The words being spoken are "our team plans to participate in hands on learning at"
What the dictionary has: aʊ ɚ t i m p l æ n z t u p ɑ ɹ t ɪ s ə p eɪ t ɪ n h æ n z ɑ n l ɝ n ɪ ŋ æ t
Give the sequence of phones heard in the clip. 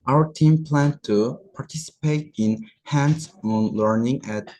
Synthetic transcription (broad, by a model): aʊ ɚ t i m p l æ n t u p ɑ ɹ t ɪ s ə p eɪ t ɪ n h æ n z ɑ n l ɝ n ɪ ŋ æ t